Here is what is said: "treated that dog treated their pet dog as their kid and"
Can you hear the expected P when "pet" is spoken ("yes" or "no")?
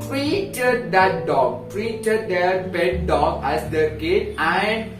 no